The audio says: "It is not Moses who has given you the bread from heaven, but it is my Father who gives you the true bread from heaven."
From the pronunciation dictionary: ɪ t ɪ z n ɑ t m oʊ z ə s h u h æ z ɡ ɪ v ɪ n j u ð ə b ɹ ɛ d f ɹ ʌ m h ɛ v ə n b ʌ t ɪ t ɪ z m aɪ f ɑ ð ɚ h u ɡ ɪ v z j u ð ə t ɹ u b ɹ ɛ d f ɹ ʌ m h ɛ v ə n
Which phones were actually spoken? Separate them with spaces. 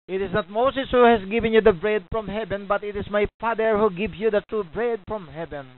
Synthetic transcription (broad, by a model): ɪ t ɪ s n ɑ t m oʊ s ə s h u h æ s ɡ ɪ v ɪ n j u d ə b ɹ ɛ d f ɹ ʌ m h ɛ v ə n b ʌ t ɪ t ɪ s m aɪ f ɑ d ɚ h u ɡ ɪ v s j u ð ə t ɹ u b ɹ ɛ d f ɹ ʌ m h ɛ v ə n